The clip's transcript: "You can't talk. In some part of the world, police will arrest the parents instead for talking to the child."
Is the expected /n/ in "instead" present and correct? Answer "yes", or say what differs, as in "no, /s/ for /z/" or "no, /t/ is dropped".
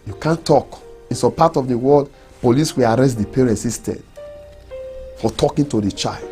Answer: no, /n/ is dropped